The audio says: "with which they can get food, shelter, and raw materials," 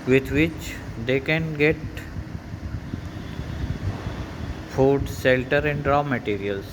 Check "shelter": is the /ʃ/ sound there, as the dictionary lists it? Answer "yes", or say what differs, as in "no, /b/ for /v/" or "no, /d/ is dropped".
no, /s/ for /ʃ/